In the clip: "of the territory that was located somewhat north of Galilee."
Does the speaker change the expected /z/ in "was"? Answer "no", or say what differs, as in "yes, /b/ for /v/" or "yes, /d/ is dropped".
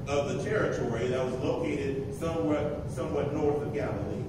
no